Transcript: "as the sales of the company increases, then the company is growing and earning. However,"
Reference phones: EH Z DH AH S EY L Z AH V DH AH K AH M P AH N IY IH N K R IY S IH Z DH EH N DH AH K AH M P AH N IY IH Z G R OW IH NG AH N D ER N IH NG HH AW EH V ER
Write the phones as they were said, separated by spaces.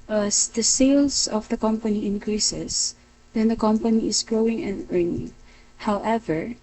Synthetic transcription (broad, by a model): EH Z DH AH S EY L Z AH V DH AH K AH M P AH N IY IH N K R IY S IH S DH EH N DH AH K AH M P AH N IY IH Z G R OW IH NG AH N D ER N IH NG HH AW EH V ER